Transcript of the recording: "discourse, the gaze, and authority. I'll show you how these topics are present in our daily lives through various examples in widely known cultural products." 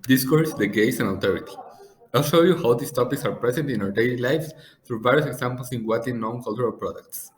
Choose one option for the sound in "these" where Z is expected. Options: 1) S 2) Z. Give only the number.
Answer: 1